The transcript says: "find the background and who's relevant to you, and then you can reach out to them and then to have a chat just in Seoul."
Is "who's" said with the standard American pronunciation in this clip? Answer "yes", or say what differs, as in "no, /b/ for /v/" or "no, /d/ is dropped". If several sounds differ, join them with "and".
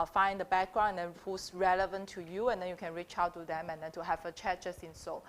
no, /s/ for /z/